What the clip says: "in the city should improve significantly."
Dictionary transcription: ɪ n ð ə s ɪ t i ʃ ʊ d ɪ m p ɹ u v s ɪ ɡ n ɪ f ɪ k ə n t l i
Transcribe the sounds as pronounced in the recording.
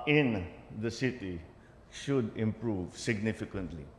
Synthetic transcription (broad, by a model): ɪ n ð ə s ɪ t i ʃ ʊ d ɪ m p ɹ u v s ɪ ɡ n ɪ f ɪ k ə n t l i